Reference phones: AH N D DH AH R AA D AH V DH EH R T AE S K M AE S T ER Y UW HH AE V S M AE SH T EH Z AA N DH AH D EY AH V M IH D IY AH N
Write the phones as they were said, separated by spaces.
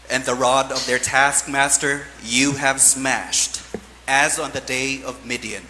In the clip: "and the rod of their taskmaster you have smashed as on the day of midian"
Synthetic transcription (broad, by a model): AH N DH AH R AA D AH V DH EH R T AE S K M AE S T ER Y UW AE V S M AE SH T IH Z N DH AH D EY AH V M IH D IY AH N